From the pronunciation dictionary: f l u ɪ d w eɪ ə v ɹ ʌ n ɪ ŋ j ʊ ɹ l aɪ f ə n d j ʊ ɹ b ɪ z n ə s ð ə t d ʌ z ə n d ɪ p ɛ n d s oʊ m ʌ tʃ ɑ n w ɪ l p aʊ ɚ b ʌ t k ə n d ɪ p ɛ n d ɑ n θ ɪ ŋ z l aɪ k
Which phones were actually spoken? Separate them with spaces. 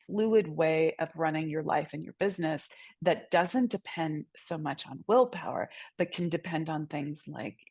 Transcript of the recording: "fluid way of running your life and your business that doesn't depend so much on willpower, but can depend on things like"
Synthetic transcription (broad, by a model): f l u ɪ d w eɪ ə v ɹ ʌ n ɪ ŋ j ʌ ɹ l aɪ f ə n j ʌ ɹ b ɪ z n ə s ð ə t d ʌ z ə n d ɪ p ɛ n d s oʊ m ʌ tʃ n w ɪ l p aʊ ɚ b ʌ t k n d ɪ p ɛ n d n θ ɪ ŋ z l aɪ k